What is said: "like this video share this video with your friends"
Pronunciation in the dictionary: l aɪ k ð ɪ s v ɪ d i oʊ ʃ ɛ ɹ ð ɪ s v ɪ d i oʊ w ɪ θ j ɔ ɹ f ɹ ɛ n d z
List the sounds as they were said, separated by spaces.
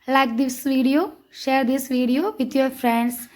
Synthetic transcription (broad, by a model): l aɪ k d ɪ s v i d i oʊ ʃ ɛ ɹ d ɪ s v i d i oʊ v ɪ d j ɔ ɹ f ɹ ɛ n d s